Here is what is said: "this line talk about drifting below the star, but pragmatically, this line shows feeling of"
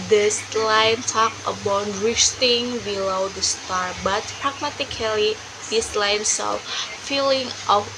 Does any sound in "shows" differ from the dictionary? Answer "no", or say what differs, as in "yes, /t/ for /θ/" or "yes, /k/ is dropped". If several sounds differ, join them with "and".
yes, /s/ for /ʃ/